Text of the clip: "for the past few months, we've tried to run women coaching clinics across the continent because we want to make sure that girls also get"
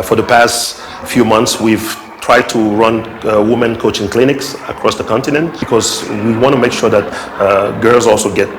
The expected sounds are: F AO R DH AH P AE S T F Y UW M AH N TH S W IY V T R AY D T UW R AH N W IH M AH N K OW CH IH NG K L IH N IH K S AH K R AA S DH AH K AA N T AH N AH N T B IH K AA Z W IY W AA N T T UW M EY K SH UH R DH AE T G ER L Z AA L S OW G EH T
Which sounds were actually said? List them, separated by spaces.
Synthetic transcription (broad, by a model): F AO R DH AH P AE S T F Y UW M AH N TH S W IY V T R AY D T UW R AH N W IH M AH N K OW CH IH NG K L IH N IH K S AH K R AA S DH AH K AA N T AH N AH N T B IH K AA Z W IY W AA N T T UW M EY K SH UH R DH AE T G ER L Z AA L S OW G EH T